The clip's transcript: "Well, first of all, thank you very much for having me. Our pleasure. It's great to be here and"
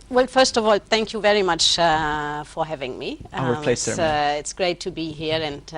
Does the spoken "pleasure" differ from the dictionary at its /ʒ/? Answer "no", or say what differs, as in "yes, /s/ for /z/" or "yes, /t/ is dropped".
yes, /s/ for /ʒ/